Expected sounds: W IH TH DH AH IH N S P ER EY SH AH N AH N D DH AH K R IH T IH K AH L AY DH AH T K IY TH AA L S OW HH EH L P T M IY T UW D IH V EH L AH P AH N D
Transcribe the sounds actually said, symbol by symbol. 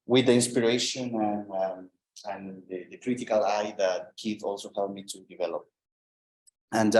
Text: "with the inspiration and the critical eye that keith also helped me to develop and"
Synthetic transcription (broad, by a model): W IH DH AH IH N S P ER EY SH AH N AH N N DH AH K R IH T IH K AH L AY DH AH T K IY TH AA L S OW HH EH L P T M IY T UW D IH V EH L AH P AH N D